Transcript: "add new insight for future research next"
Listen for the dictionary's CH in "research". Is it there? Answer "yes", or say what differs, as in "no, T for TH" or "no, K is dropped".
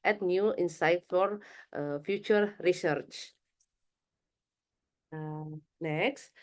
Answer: yes